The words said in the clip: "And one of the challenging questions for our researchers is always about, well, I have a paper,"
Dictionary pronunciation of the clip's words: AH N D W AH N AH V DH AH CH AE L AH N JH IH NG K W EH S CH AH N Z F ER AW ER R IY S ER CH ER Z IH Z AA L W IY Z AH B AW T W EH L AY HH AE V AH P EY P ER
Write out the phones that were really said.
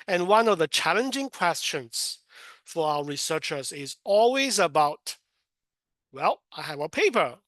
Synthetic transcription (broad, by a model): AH N W AH N AH V DH AH CH AE L AH N JH IH NG K W EH S CH AH N Z F ER AW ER R IY S ER CH ER Z IH Z AA L W IY Z AH B AW T W EH L AY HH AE V AH P EY P ER